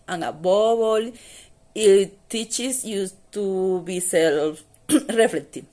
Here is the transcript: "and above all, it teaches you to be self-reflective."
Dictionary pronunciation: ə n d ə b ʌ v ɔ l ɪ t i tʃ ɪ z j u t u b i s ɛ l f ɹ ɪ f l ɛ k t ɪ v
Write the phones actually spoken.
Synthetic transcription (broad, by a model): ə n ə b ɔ b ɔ l ɪ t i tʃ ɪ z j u t u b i s ɛ l f ɹ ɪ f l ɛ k t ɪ